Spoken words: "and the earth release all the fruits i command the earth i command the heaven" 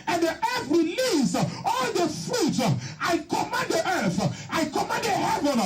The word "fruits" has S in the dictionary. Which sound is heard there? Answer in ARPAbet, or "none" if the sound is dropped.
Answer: none